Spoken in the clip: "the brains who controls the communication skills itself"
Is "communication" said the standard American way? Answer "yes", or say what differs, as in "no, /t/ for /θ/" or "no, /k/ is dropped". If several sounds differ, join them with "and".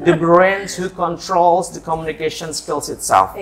yes